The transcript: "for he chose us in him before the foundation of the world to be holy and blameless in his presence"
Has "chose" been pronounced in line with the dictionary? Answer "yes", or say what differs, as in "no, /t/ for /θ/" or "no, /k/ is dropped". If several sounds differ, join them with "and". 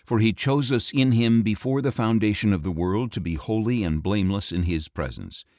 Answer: yes